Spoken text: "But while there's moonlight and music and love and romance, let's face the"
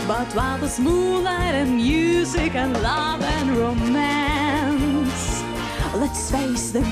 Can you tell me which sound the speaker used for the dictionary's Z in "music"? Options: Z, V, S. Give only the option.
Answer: Z